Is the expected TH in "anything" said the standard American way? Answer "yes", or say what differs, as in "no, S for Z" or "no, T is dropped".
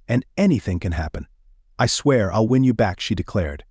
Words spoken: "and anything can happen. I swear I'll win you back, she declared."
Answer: yes